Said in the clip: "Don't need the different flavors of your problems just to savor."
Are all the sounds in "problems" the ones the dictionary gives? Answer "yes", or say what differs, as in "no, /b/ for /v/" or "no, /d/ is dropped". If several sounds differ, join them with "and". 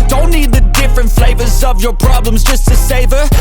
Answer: yes